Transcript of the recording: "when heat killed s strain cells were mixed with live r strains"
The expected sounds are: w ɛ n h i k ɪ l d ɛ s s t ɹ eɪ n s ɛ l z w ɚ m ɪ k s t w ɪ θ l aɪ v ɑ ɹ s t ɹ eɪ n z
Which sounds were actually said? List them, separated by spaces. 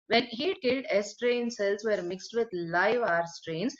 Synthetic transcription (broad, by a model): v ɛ n h i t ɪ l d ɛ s s t ɹ eɪ n s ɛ l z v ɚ m ɪ k s t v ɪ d l aɪ v ɑ ɹ s t ɹ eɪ n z